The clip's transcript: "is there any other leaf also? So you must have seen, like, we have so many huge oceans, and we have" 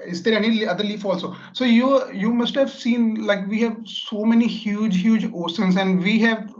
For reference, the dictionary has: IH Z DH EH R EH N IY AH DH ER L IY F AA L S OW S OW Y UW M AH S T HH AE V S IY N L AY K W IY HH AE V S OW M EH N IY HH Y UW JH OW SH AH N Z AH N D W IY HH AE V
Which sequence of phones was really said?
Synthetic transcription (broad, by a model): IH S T EH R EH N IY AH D ER L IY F AA L S OW S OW Y UW M AH S T HH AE V S IY N L AY K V IY HH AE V S OW M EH N IY HH Y UW JH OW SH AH N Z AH N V IY HH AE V